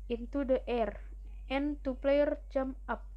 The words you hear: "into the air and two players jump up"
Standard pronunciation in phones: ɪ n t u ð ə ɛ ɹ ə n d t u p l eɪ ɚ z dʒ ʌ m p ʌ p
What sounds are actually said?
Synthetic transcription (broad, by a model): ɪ n t u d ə ɛ ɹ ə n t u p l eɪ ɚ dʒ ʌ m ʌ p